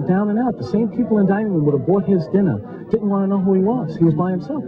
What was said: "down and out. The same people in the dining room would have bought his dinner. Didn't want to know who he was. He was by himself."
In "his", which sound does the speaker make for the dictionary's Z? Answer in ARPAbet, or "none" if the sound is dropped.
Z